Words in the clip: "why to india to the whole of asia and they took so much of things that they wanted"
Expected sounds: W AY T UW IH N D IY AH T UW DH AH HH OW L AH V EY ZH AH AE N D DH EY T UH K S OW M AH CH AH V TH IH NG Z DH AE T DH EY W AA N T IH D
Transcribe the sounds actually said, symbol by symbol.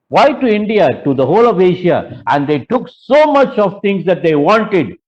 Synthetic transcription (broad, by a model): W AY T UW IH N D IY AH T UW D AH HH OW L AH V EY SH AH AE N D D EY T UH K S OW M AH CH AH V T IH NG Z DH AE T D EY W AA N T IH D